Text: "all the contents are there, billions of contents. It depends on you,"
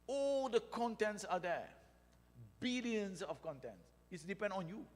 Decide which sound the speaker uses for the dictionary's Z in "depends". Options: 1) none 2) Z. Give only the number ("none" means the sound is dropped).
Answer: 1